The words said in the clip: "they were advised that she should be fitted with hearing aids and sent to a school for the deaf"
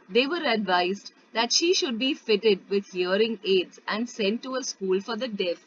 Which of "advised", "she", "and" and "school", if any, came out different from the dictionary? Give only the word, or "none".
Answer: none